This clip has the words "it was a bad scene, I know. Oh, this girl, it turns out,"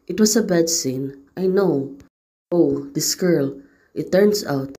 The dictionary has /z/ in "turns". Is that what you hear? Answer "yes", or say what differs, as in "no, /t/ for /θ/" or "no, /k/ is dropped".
no, /s/ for /z/